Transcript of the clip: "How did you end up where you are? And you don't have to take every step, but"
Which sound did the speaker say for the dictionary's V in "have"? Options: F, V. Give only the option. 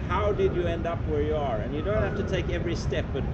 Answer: F